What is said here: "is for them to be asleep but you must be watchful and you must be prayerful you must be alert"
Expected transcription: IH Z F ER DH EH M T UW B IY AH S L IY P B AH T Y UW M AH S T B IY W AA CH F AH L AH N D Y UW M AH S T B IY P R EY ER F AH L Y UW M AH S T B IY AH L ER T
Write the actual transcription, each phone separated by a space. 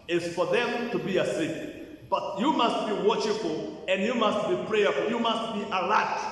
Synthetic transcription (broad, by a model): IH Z F ER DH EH M T UW B IY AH S IY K B AH T Y UW M AH S T B IY W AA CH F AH L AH N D Y UW M AH S T B IY P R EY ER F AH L Y UW M AH S T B IY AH L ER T